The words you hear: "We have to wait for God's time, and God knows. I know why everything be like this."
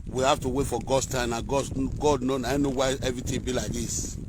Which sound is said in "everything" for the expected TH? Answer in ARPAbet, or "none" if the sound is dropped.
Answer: T